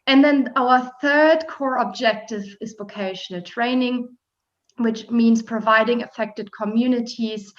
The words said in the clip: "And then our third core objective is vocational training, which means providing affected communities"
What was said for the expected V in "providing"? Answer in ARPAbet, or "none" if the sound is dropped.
V